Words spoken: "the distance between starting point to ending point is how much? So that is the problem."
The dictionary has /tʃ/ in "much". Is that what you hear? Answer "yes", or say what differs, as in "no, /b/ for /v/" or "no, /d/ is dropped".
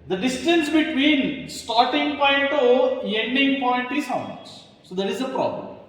no, /s/ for /tʃ/